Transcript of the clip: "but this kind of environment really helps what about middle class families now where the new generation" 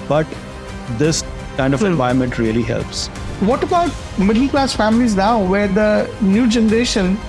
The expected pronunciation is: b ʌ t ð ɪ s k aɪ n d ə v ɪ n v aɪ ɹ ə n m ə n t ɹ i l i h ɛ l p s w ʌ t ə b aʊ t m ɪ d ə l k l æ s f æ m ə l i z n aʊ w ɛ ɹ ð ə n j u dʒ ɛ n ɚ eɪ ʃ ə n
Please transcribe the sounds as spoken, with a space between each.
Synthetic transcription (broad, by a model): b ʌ t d ɪ s k aɪ n d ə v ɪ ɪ ə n m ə n t ɹ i l i h ɛ l p s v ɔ t ə b aʊ t m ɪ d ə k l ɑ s f æ m ə l i z n aʊ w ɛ ɹ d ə n j u dʒ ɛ n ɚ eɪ ʃ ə n